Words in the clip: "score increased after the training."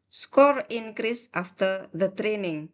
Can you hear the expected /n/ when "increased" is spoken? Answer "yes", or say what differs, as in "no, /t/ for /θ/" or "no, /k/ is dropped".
yes